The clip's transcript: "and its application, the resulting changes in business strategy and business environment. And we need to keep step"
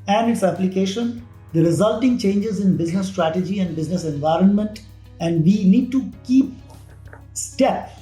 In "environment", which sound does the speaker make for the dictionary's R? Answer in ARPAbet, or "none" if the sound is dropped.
R